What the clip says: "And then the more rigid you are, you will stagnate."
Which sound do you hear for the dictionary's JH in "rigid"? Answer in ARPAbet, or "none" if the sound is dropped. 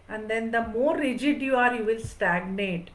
JH